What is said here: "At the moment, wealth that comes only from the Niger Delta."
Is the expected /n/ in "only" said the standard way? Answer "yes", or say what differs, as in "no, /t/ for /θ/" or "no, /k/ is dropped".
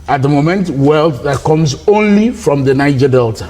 yes